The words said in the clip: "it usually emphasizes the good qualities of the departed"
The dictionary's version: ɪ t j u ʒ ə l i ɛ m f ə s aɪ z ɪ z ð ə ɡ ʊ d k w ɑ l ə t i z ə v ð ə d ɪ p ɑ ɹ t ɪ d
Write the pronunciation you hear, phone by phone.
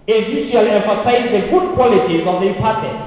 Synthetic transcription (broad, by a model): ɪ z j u ʃ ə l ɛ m f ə s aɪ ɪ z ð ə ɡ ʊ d k w ɑ l ə t i z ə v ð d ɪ p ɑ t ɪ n